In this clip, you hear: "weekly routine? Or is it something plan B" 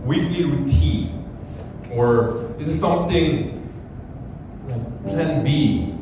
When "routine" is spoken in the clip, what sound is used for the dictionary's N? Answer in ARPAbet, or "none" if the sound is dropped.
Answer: none